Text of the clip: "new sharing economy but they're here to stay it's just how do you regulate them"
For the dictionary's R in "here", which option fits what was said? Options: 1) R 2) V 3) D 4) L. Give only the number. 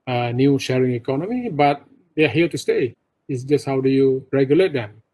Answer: 4